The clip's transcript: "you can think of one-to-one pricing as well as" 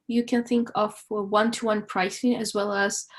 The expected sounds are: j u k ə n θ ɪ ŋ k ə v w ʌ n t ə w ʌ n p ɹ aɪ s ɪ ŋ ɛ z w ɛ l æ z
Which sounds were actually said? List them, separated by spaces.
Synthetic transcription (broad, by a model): j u k ə n θ ɪ ŋ k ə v w ʌ n t ə w ʌ n p ɹ aɪ s ɪ ŋ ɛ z w ɛ l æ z